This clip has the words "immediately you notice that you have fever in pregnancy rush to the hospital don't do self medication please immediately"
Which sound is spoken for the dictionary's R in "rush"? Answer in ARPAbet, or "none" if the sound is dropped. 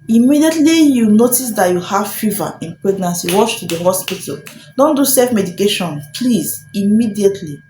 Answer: W